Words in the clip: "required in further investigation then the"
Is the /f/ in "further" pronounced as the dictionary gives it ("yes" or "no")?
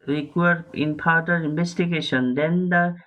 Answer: no